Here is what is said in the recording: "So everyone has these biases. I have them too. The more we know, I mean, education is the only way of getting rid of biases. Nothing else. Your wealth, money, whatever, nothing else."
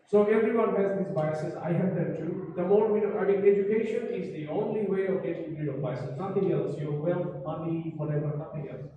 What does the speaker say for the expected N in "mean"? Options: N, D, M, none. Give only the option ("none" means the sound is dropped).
none